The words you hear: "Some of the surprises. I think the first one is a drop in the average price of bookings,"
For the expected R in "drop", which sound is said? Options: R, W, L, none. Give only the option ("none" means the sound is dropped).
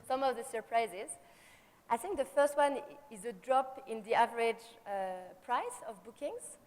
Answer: R